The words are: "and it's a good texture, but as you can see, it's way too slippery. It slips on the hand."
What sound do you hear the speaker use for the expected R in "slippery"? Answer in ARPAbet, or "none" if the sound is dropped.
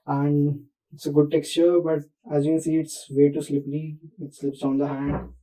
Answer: L